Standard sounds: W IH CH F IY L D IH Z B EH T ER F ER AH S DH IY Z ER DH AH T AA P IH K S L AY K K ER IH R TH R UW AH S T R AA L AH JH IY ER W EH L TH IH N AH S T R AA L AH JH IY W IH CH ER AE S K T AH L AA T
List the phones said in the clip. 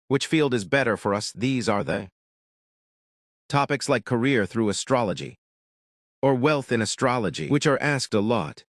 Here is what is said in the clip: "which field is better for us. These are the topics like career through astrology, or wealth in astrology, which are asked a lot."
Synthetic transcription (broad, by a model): W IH CH F IY L D IH Z B EH T ER F ER AH S DH IY Z ER DH AH T AA P IH K S L AY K K ER IH R TH R UW AH S T R AA L AH JH IY ER W EH L TH IH N AH S T R AA L AH JH IY W IH CH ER AE S K T AH L AA T